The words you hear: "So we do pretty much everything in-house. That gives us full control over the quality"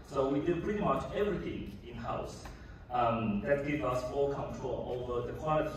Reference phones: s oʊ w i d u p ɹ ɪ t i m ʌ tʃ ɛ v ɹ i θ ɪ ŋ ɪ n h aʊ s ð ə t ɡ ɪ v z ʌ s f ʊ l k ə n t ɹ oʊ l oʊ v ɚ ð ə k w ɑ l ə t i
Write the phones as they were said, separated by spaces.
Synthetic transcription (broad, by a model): s oʊ w i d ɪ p ɹ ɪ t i m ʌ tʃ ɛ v ɹ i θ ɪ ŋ ɪ n h aʊ s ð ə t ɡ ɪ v ʌ s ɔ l k ə n t ɹ oʊ l oʊ v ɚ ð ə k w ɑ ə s